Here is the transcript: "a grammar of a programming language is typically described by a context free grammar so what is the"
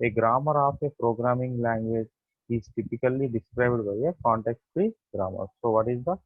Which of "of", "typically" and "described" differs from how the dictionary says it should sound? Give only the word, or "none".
of